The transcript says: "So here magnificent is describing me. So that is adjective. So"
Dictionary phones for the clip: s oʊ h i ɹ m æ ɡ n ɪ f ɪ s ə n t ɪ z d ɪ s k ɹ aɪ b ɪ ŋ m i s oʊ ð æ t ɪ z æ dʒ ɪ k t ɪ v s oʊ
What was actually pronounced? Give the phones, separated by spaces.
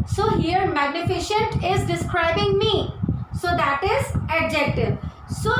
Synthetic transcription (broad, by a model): s oʊ h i ɹ m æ ɡ n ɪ f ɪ ʃ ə n t ɪ z d ɪ s k ɹ aɪ b ɪ ŋ m i s oʊ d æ t ɪ z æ dʒ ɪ k t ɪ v s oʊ